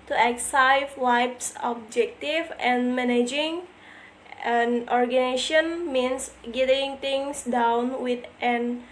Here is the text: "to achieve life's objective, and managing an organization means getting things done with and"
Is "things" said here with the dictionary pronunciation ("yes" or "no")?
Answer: no